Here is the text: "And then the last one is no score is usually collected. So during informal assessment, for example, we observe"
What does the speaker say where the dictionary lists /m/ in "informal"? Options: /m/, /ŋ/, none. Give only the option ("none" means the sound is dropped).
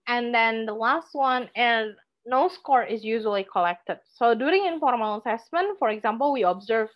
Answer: none